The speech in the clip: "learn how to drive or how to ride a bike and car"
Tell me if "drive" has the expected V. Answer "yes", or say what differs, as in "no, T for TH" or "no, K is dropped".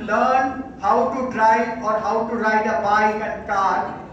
no, V is dropped